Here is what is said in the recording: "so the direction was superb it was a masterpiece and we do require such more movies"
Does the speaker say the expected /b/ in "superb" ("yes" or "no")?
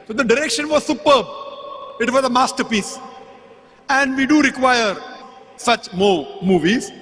yes